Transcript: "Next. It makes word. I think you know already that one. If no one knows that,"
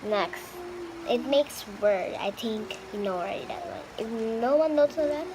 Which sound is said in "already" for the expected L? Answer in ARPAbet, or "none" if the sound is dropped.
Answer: W